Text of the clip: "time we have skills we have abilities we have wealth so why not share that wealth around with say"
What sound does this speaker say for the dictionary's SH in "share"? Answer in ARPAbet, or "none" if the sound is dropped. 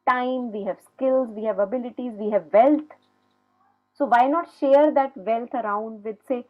SH